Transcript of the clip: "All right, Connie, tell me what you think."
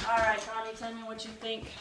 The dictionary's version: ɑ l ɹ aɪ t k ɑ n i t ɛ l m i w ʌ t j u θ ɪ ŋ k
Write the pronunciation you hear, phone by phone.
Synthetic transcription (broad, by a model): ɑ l ɹ aɪ t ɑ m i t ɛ n m i w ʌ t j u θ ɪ ŋ k